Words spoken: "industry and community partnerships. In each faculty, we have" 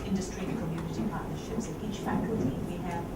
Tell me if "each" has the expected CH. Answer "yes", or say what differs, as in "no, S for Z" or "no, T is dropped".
yes